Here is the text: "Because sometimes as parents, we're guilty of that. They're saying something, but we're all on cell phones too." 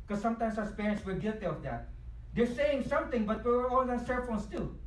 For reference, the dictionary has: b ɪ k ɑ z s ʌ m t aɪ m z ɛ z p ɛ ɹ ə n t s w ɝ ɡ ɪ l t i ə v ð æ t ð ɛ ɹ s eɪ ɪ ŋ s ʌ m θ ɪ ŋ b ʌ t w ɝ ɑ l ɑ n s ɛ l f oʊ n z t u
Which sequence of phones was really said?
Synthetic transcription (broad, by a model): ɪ k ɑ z s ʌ m t aɪ m s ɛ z p ɛ ɹ ə n t s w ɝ ɡ ɪ l t i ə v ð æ t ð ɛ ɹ s eɪ ɪ ŋ s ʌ m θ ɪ ŋ b ʌ t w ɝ ɑ l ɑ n s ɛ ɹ f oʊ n s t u